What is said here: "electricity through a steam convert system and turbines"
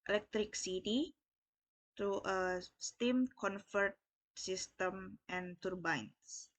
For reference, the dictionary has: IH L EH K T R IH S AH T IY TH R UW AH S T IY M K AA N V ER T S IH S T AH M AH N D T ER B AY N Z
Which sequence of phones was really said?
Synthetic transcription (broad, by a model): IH L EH K T R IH S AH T IY T R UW AH S T IY M K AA N F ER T S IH S T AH M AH N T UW B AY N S